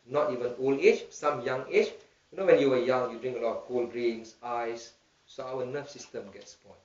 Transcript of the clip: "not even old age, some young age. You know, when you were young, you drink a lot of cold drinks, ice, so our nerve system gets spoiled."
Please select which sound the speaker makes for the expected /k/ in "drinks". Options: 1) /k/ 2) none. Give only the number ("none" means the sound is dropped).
2